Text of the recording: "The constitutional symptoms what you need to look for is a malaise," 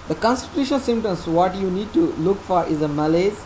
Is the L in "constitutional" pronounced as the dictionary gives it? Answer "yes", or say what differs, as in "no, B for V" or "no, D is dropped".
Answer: no, N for L